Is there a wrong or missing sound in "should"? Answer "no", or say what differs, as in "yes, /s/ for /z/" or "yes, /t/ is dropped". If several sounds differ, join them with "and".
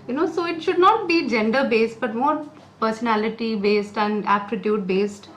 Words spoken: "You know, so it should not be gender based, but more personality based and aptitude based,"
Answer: no